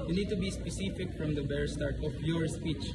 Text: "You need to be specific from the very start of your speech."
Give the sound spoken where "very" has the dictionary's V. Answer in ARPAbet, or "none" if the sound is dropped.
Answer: B